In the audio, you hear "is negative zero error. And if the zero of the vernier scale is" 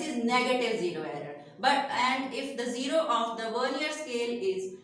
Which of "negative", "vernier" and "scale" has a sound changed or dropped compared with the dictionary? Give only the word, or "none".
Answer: vernier